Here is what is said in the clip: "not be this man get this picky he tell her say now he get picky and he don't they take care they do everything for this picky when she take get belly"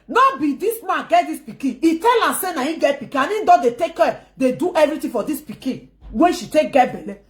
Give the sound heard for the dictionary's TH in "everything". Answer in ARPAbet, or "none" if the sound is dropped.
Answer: T